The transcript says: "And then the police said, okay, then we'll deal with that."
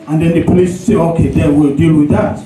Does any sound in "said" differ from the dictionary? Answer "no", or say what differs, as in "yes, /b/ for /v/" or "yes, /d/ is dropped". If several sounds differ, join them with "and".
yes, /d/ is dropped